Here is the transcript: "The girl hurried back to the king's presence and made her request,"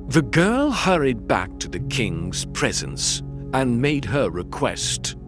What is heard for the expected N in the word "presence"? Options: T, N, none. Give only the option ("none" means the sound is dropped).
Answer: N